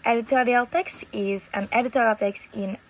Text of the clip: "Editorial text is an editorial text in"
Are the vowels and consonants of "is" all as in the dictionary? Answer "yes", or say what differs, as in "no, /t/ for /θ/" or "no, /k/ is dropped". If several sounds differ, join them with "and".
yes